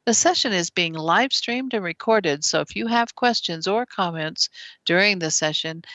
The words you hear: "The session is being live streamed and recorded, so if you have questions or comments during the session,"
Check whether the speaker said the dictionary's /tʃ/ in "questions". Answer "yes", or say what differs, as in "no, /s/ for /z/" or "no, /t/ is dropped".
yes